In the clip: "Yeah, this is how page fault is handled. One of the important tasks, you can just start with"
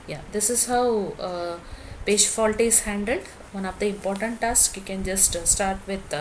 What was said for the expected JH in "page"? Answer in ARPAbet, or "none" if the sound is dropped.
SH